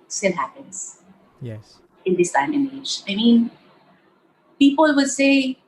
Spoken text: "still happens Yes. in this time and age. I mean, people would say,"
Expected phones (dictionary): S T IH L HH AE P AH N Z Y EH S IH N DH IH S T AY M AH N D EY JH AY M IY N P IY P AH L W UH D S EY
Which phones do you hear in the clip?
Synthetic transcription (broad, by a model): S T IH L HH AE P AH N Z Y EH IH N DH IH S T AY M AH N EY JH AY M IY N P IY P AH L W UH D S EY